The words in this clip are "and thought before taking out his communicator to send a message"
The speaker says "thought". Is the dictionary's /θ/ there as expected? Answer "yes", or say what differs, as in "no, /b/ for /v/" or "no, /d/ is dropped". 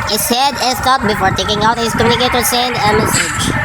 no, /t/ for /θ/